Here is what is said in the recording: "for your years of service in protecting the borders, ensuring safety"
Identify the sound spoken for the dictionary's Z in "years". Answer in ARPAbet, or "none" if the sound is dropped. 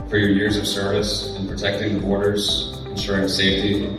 Z